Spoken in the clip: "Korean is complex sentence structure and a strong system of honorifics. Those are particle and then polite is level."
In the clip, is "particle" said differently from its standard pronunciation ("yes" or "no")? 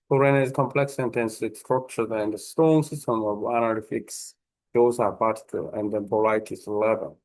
yes